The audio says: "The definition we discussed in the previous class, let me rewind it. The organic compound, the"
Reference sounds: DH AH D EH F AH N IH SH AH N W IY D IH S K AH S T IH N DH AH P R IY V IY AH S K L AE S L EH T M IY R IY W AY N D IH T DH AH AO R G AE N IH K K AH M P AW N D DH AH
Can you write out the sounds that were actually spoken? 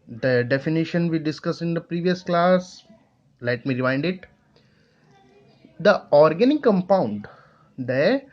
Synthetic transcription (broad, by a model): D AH D EH F AH N IH SH AH N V IY D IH S K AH S IH N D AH P R IY V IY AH S K L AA S L EH T M IY R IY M AY N D IH T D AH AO R G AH N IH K K AH M P AW N D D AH